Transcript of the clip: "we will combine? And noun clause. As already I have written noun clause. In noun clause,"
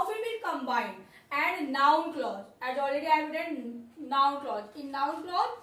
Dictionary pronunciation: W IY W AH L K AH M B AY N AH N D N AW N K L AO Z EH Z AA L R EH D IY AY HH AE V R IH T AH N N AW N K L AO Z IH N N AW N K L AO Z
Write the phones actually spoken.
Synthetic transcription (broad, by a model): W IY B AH N K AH M B AY N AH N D N AW N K L AO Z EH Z AA L R EH D IY AY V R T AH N N AW N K L AO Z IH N N AW N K L AO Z